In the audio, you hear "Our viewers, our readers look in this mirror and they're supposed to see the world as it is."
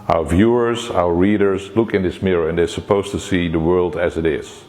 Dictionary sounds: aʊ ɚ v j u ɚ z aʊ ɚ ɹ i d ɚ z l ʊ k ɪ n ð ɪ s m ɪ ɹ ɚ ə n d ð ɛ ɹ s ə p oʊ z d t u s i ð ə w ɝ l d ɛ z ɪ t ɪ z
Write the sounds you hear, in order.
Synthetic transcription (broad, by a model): aʊ ɚ v j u ɚ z aʊ ɚ ɹ i d ɚ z l ʊ k ɪ n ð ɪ s m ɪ ɹ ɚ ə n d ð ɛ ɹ s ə p oʊ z t u s i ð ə w ɝ l d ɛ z ɪ t ɪ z